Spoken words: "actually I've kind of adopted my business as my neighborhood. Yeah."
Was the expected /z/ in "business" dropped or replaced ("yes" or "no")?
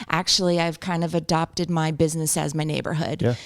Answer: no